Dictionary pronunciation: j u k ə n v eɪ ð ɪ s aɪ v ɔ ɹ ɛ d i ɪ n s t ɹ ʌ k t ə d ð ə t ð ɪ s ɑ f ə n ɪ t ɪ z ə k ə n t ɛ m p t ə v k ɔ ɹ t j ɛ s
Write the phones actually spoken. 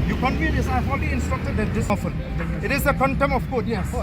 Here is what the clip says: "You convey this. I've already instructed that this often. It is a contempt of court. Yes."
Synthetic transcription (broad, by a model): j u k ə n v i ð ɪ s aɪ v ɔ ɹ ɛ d i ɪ n s t ɹ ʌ k t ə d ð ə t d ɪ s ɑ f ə l ɪ t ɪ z ə k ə n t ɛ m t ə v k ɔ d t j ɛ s